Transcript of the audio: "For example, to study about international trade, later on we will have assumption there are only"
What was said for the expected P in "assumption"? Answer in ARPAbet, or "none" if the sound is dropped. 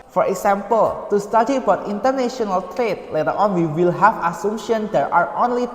none